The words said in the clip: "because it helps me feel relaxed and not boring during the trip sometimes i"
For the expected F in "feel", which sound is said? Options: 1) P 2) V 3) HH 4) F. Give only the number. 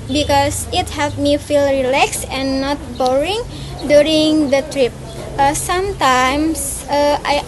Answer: 4